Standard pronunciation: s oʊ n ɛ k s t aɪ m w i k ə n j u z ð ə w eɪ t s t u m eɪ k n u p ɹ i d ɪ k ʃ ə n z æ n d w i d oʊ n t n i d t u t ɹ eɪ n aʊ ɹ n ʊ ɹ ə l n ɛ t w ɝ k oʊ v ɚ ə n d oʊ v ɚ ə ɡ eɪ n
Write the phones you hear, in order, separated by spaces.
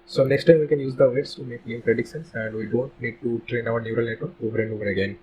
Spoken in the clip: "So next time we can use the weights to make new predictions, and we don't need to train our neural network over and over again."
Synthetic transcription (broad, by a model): s oʊ n ɛ k s t aɪ m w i k ə n j u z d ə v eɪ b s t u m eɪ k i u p ɹ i d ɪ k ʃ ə n s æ n d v i d oʊ n t n i d t u t ɹ eɪ n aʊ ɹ n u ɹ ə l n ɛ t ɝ oʊ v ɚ ə n d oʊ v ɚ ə ɡ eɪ n